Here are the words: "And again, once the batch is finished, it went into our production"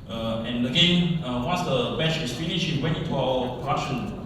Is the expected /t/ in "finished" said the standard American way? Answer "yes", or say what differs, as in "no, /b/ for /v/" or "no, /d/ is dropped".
no, /t/ is dropped